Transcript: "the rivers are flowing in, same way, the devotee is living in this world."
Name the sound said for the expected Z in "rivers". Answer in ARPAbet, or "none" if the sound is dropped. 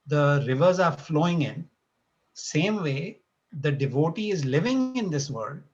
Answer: Z